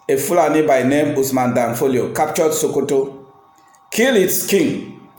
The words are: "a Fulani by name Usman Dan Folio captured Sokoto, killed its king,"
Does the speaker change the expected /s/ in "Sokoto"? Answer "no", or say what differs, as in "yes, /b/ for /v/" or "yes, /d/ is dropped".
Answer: no